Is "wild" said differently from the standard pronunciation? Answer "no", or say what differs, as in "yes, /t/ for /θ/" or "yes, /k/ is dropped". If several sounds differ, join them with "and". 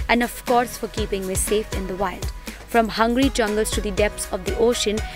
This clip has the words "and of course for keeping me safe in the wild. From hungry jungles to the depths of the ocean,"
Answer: no